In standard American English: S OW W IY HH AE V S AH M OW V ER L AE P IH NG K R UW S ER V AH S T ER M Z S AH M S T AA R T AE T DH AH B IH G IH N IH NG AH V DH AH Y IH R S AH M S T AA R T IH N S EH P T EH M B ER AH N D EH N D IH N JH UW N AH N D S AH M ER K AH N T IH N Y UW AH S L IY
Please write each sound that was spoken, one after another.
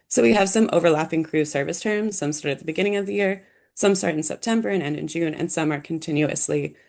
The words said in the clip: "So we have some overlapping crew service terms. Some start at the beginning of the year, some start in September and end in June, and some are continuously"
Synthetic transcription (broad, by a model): S OW W IY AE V S AH M OW V ER L AE P IH NG K R UW S ER V AH S T ER M Z S AH M S T AA R T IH T DH AH B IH G IH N IH NG AH V DH AH Y IH R S AH M S T AA R T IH N S EH P T EH M B ER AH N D EH N D IH N JH UW N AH N S AH M ER K N T IH N Y UW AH S L IY